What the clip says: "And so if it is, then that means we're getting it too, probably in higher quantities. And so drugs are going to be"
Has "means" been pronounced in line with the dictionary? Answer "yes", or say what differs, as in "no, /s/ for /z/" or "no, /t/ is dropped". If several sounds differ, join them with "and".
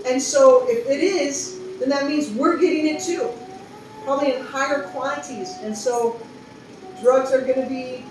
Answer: yes